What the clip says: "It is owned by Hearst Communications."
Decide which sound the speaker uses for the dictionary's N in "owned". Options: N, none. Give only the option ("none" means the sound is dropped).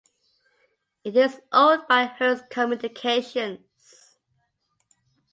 none